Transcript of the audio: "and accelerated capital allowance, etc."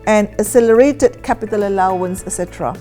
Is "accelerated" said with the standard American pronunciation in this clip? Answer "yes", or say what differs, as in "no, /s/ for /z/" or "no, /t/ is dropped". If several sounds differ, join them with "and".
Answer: no, /k/ is dropped